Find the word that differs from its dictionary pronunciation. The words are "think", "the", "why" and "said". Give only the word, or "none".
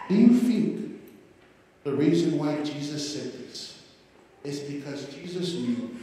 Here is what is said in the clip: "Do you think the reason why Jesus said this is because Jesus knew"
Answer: think